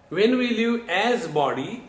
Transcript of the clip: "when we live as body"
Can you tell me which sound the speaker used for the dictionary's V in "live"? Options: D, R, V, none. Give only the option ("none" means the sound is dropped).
none